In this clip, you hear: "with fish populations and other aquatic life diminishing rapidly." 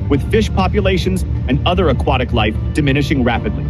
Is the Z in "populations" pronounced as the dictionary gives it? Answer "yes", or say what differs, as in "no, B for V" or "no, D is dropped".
yes